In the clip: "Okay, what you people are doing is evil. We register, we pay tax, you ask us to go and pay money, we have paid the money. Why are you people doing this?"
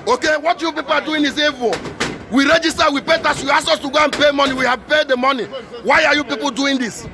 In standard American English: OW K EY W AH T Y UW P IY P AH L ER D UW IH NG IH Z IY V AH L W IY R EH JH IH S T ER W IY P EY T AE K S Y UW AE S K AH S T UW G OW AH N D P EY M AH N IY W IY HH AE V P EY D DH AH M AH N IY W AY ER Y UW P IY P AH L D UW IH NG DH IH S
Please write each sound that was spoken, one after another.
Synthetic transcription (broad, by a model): OW K EY W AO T Y UW P IY P AH L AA D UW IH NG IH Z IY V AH W IY R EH JH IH S T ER W IY P EY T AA S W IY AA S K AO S T UW G OW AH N P EY M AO N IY W IY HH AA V P EY D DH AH M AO N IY W AY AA Y UW P IY P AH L D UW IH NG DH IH S